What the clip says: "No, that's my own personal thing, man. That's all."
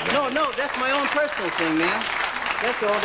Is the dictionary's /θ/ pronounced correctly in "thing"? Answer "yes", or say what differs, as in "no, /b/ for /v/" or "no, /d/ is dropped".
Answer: yes